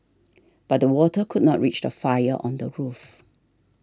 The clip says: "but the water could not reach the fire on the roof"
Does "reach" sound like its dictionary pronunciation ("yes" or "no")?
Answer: yes